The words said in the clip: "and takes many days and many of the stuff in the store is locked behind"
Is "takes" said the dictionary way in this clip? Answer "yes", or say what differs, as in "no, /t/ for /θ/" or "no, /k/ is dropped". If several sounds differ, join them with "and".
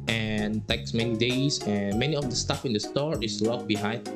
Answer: yes